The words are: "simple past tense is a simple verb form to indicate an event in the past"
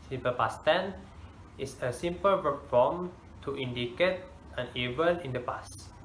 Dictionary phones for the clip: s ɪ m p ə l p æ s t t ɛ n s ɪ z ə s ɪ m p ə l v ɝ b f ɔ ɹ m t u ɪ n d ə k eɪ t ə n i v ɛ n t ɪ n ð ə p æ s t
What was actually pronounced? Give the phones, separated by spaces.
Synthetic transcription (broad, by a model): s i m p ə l p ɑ s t t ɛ n ɪ s ə s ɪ m p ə l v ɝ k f ɔ m t u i n d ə k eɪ t ə n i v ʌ n ɪ n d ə p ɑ s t